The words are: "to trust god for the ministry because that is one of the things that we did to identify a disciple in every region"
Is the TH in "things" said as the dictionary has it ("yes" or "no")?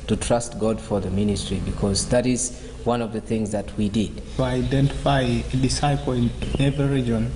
yes